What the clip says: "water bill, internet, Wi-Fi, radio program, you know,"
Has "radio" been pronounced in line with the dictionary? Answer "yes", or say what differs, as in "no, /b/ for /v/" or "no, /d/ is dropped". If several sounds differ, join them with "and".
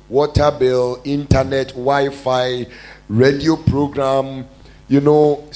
yes